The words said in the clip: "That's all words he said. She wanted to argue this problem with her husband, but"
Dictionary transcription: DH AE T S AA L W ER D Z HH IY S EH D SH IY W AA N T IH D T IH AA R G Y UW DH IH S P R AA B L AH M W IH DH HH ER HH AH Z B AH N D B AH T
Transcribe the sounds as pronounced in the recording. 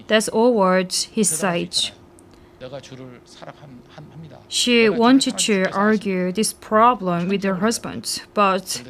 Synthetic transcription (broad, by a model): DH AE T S AA L W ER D HH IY S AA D SH IY W AA N T IH D T IH AA R G Y UW DH IH S P R AA B L AH M W IH DH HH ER HH AH Z B AH N D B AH T